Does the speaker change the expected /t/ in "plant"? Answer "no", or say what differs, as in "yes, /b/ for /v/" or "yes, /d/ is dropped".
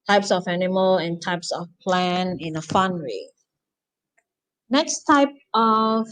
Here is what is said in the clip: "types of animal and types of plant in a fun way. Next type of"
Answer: yes, /t/ is dropped